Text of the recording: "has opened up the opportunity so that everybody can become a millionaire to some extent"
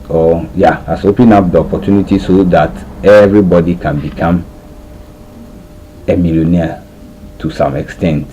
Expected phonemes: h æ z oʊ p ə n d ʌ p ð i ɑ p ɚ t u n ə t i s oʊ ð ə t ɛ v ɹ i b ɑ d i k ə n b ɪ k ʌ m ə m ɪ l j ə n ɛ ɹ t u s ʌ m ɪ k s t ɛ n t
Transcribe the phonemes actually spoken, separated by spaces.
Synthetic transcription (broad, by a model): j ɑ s oʊ p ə n ʌ p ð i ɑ p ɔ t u n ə t i s oʊ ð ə t ɛ v ɹ i b ɑ d i k ə n b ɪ k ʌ m ə m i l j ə n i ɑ t u s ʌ m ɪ k s t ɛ n t